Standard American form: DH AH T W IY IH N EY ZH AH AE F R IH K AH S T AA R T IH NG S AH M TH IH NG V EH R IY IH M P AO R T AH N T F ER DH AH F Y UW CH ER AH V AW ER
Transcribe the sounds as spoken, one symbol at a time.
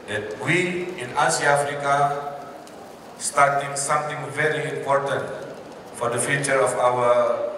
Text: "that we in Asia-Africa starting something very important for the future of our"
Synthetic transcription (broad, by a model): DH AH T W IY IH N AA S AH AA F R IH K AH S T AA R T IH NG S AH M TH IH NG V EH R IY IH M P AO R T AH N T F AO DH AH F Y UW CH ER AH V AW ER